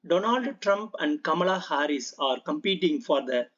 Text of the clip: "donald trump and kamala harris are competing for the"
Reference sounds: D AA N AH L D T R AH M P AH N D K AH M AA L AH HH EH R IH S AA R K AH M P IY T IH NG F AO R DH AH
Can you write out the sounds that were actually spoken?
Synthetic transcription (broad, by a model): D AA N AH L D T R AH M P AH N D K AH M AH L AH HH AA R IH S AA R K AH M P IY T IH NG F AO R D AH